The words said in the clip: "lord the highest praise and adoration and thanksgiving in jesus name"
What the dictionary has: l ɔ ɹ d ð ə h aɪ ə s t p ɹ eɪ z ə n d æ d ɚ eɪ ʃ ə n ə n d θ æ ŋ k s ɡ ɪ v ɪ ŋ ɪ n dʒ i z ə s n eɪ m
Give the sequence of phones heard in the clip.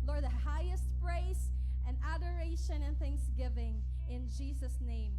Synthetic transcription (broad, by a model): l ɔ ɹ d ð ə h aɪ ə s t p ɹ eɪ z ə n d æ d ɚ eɪ ʃ ə n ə n θ æ ŋ k s ɡ ɪ v ɪ ŋ ɪ n dʒ i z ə s n eɪ m